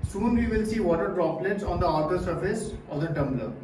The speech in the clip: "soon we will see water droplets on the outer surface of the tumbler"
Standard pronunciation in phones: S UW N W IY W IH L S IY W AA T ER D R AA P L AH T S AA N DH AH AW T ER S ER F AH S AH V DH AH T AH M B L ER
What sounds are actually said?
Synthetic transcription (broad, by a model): S UW N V IY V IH L S IY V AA T ER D R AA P L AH T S AA N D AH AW T ER S ER F AH S AH V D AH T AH M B L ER